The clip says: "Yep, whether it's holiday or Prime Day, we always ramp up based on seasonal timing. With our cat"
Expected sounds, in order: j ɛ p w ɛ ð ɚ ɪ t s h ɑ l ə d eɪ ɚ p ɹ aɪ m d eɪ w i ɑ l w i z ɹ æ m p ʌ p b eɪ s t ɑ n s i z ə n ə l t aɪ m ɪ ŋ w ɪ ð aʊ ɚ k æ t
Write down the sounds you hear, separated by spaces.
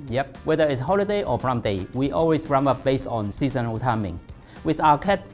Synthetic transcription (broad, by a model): j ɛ p w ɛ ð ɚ ɪ t s h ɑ l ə d eɪ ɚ b ɹ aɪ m d eɪ w i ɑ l w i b ɹ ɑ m ʌ p b eɪ s t ɑ n s i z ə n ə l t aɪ m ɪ ŋ w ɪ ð aʊ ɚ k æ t